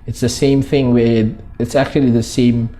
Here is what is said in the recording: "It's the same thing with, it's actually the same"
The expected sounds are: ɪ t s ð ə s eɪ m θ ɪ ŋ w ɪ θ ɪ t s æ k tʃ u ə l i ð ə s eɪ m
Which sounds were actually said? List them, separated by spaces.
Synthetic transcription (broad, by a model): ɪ t s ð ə s eɪ m θ ɪ ŋ w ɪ ɪ t s æ k tʃ u ə l i ð ə s eɪ m